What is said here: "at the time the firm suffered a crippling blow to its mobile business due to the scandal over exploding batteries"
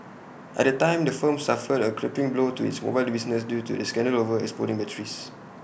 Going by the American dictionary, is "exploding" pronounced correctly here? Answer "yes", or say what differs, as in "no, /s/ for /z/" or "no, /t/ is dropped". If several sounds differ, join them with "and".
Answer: no, /l/ is dropped